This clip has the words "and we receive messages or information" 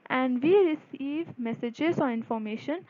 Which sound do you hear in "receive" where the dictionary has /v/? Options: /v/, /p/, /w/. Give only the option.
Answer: /v/